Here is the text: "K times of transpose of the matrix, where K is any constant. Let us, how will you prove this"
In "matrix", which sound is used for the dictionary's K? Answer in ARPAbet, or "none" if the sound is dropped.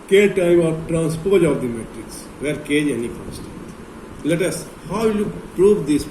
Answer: K